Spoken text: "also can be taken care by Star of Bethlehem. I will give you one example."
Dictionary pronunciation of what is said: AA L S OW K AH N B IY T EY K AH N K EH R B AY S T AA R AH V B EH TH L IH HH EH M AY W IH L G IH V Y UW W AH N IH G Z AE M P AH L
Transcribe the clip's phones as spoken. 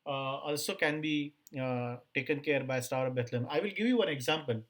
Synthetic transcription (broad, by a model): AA L S OW K AH N B IY T EY K AH N K EH R B AY S T AA R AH P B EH T L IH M AY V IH L G IH V Y UW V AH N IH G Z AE M P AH L